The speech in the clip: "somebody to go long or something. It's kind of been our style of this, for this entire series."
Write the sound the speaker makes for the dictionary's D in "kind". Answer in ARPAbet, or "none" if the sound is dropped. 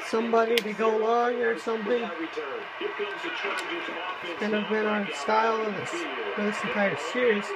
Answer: none